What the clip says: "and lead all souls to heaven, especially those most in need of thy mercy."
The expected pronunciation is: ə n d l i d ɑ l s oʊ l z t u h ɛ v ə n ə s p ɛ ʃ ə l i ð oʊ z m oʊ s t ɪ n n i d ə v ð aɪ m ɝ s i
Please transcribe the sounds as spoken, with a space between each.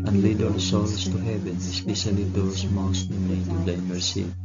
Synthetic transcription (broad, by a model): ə n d l i d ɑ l s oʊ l s t u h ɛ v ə n ə s p ɛ ʃ ə l i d oʊ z m oʊ s t ɪ n l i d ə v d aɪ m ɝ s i